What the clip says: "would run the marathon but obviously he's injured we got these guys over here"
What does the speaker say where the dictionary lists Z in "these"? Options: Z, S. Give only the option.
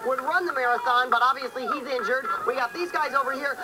Z